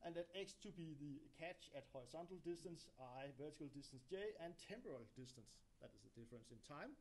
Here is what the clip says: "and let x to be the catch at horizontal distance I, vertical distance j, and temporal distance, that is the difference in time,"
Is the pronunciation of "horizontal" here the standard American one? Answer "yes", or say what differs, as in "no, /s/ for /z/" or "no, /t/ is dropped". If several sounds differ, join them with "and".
no, /s/ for /z/